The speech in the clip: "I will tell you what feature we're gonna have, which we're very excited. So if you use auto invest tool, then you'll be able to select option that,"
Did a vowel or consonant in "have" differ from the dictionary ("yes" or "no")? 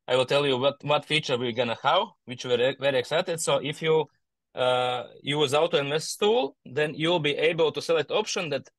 yes